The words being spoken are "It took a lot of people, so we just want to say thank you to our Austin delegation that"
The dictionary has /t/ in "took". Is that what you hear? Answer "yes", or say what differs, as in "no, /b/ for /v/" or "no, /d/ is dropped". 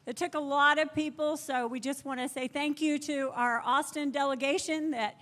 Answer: yes